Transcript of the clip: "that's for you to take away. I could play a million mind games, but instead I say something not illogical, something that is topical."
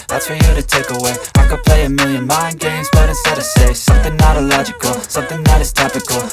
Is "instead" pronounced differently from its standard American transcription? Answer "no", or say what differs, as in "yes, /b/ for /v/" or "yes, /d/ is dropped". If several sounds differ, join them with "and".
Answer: yes, /n/ is dropped